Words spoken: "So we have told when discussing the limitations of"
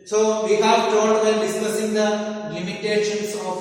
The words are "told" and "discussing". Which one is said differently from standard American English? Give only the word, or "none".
told